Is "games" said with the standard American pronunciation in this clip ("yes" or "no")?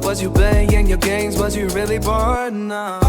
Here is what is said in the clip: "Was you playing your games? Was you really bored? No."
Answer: yes